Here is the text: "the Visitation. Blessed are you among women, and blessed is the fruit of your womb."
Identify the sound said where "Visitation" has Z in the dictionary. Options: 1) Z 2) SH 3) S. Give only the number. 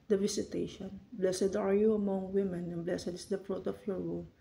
3